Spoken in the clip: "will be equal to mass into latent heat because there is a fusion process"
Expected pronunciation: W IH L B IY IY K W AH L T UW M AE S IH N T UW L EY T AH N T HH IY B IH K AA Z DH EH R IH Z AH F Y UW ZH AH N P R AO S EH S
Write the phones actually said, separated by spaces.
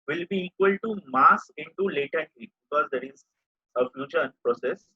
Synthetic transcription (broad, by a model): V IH L B IY IY K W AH L T UW M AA S IH N T UW L EY T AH T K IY B IH K AA Z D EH R IH Z AH F Y UW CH AH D P R AO S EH S